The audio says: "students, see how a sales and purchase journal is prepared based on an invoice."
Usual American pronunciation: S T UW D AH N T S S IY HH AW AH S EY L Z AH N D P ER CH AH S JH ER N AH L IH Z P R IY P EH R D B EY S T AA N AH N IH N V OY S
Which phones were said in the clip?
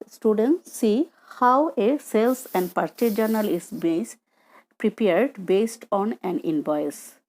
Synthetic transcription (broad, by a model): S T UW D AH N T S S IY HH AW AH S EY L S AH N D P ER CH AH JH ER N AH L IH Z P R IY P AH R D B EY S T AA N AH N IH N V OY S